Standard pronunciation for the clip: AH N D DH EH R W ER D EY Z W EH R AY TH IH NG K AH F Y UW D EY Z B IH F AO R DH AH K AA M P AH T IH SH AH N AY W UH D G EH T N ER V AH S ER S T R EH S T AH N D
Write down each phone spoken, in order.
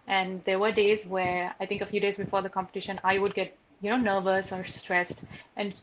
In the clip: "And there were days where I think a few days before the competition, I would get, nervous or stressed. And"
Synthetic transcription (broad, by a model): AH N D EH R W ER D EY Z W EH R AY T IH NG K AH F Y UW D EY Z B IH F AO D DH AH K AA M P AH T IH SH AH N AY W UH D G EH T N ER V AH S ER S T R EH S T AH N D